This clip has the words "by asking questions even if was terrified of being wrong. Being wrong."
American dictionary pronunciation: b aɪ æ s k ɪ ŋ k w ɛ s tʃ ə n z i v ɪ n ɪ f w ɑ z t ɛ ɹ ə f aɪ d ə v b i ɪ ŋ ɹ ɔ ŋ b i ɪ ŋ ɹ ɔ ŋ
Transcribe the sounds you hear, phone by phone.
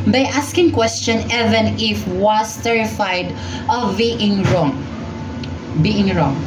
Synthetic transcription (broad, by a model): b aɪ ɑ s k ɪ ŋ k w ɛ s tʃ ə n ɛ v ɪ n ɪ f w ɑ s t ɛ ɹ ə f aɪ d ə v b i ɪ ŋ ɹ ɔ ŋ b i ɪ ŋ ɹ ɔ ŋ